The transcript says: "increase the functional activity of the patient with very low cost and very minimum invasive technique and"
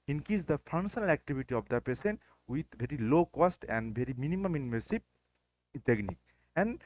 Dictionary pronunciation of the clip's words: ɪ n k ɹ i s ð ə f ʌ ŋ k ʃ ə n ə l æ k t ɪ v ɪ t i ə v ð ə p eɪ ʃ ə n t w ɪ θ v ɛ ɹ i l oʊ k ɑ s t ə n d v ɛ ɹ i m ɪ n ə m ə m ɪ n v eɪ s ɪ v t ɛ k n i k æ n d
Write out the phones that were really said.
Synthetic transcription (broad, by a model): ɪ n k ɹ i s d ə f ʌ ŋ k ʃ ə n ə l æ k t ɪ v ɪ t i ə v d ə p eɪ s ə n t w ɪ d v ɛ ɹ i l oʊ k ɑ s t ə n d v ɛ ɹ i m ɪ n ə m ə m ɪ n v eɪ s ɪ p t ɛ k n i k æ n d